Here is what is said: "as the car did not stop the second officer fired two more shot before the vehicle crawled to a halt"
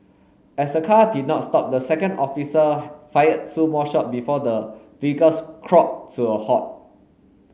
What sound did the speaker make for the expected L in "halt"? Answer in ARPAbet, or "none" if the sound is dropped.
none